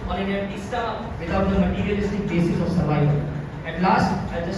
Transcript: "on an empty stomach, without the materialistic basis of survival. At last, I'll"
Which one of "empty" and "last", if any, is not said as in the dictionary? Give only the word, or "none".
empty